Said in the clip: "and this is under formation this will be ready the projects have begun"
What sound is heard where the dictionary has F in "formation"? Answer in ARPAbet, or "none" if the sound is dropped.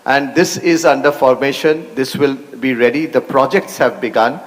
F